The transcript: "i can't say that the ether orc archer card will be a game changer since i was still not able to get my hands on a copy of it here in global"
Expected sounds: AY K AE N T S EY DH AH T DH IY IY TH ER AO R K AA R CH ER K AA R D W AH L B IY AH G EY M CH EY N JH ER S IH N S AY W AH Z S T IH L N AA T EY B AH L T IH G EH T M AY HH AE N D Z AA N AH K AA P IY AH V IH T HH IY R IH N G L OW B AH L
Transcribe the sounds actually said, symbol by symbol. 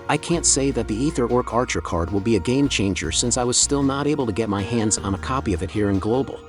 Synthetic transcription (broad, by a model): AY K AE N T S EY DH AH T DH IY IY TH ER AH R K AA R CH ER K AA R D W AH L B IY AH G EY M CH EY N JH ER S IH N S AY W AH Z S T IH L N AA T EY B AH L T IH G EH T M AY HH AE N D Z N AH K AA P IY AH V IH T HH IY R IH N G L OW B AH L